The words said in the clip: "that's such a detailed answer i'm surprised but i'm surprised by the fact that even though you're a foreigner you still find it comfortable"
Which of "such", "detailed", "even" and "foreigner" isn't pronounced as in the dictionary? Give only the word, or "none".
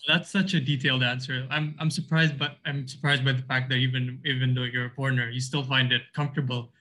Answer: foreigner